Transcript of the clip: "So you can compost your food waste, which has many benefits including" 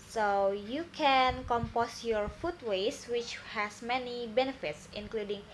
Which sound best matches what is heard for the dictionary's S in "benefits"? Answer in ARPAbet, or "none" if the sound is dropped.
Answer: S